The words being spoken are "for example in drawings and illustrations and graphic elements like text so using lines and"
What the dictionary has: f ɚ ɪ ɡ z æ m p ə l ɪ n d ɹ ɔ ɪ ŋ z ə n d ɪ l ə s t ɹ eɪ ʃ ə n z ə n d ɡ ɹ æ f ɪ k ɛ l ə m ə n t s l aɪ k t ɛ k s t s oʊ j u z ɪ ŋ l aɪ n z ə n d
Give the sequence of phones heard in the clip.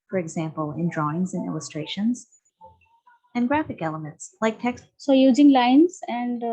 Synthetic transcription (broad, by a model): f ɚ ɪ ɡ z æ m p ə l ɪ n d ɹ ɔ ɪ ŋ z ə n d ɪ l ə s t ɹ eɪ ʃ ə n z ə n ɡ ɹ æ f ɪ k ɛ l ə m ə n t s l aɪ k t ɛ k s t s oʊ j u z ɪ ŋ l aɪ n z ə n d